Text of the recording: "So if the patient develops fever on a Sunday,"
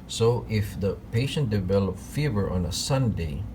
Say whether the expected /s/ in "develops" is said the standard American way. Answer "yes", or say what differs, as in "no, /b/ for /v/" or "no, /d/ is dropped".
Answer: no, /s/ is dropped